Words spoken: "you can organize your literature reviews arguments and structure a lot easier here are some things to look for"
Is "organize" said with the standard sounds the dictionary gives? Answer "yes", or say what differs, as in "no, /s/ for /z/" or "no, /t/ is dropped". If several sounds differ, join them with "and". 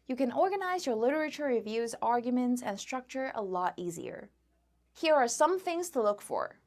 yes